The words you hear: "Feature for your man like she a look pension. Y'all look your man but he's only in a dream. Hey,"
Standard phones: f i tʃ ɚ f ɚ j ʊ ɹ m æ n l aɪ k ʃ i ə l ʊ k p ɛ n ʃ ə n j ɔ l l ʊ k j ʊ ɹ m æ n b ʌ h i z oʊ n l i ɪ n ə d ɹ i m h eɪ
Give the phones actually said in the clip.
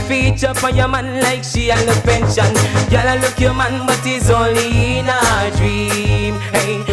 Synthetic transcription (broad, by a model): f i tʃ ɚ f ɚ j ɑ m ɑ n l aɪ k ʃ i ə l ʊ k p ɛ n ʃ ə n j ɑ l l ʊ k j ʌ m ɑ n b ʌ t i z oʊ l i n ə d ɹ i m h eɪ